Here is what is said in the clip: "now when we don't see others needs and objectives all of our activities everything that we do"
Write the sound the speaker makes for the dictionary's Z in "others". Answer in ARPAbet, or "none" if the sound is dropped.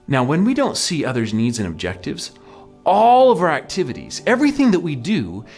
Z